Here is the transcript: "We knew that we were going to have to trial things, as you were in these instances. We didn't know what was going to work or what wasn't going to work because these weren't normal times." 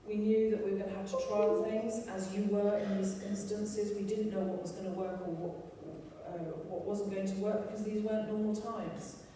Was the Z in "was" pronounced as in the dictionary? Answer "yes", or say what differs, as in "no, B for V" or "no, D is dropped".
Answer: yes